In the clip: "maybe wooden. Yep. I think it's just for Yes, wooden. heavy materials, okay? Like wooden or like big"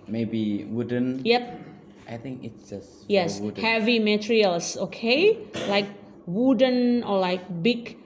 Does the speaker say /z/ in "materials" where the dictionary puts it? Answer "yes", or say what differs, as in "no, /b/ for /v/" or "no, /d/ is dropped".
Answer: no, /s/ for /z/